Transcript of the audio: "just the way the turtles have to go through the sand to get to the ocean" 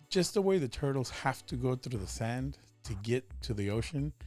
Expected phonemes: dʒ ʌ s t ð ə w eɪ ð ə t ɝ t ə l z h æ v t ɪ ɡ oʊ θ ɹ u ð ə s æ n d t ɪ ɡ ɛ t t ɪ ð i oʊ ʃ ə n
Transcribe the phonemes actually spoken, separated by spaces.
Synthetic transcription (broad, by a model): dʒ ʌ s t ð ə w eɪ ð ə t ɝ t l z h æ f t ɪ ɡ oʊ θ ɹ u ð ə s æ n t ɪ ɡ ɛ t t ɪ ð i oʊ ʃ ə n